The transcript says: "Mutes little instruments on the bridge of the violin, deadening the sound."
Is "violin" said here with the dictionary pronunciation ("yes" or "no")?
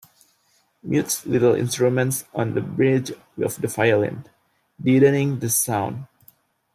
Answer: no